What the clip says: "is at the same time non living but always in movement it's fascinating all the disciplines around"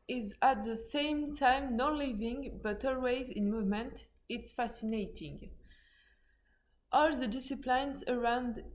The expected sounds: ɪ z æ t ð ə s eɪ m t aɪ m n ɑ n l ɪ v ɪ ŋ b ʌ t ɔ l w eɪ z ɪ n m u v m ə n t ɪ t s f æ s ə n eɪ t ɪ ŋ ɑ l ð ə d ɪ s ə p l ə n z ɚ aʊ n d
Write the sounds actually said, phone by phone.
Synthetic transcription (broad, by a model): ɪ z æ t ð ə s eɪ m t aɪ m n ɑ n l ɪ v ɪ ŋ b ʌ t ɔ l w eɪ z ɪ n m u v m ə n t ɪ t s f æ s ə n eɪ t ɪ ŋ ɑ l ð ə d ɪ s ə p l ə n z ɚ aʊ n d